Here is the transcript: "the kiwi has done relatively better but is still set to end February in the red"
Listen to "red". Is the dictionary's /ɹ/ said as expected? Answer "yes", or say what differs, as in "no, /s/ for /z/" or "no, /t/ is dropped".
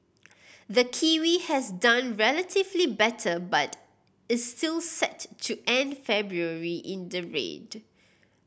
yes